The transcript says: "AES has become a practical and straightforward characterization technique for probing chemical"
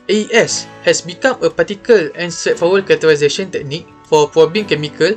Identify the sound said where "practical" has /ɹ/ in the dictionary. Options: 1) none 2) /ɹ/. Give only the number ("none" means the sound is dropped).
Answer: 1